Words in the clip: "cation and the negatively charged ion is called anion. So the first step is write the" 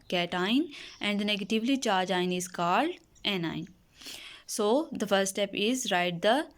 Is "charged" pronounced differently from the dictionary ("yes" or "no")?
yes